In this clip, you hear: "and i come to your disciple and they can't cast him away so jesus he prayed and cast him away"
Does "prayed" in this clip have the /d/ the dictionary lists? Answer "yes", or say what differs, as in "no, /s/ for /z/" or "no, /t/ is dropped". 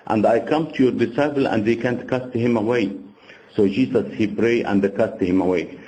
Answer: no, /d/ is dropped